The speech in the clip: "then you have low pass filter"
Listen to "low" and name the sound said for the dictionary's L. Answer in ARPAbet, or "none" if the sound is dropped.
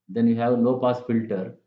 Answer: N